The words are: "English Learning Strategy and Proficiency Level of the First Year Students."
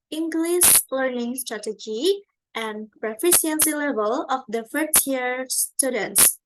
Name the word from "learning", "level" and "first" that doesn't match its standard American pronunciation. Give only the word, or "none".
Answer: first